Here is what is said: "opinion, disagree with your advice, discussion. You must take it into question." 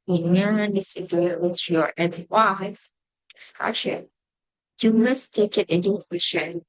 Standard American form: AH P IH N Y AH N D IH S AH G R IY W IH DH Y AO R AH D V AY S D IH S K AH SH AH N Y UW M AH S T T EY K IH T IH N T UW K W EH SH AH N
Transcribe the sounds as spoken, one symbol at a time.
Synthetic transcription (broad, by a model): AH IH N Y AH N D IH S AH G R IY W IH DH Y AO R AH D W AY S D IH S K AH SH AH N Y UW M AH S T T EY K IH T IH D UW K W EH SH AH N